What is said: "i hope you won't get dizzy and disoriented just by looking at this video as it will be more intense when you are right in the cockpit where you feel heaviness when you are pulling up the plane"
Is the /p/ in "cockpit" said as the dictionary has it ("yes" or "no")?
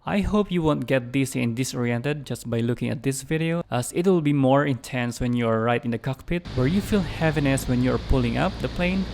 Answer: yes